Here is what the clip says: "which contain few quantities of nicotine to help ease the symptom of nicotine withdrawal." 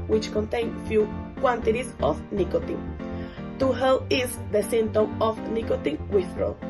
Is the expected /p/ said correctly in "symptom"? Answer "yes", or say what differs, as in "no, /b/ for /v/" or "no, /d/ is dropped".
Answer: no, /p/ is dropped